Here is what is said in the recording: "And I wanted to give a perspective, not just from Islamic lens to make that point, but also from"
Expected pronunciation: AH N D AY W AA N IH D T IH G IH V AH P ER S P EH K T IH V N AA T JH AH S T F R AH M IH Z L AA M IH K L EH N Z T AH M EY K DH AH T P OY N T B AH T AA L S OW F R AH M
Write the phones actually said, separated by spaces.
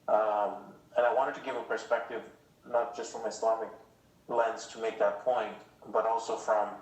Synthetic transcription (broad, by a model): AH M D AY W AA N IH D T IH G IH V AH P ER S P EH K T IH V N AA T JH AH S T F R AH M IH S L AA M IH K L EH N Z T AH M EY K DH AH T P OY N T B AH T AA L S OW F R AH M